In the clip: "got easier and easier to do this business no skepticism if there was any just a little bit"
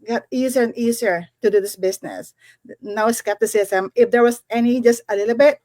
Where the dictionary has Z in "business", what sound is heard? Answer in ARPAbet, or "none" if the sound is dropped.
S